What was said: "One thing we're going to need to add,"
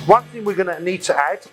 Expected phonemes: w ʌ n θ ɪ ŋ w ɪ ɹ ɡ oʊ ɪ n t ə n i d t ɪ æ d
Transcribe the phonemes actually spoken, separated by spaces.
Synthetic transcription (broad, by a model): w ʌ n θ ɪ ŋ w ɪ ɹ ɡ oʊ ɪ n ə n i d t ɪ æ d